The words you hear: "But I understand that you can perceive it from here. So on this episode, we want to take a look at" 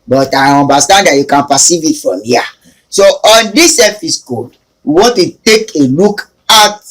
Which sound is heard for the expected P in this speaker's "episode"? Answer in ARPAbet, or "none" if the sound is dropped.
F